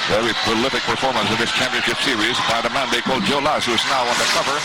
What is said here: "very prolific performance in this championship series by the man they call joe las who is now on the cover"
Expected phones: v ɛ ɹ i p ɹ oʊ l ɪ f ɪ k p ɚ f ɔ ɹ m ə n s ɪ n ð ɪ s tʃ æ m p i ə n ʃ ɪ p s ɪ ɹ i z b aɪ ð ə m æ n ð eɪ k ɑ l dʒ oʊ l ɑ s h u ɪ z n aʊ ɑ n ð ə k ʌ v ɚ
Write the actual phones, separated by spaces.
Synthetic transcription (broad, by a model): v ɛ ɹ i p oʊ l ɪ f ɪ k p ɚ f ɔ ɹ m ə n s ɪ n ð ɪ s tʃ æ m p i ə n ʃ ɪ p s ɪ ɹ i z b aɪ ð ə m æ n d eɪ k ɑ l dʒ oʊ l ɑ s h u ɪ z n aʊ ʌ n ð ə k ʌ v ɚ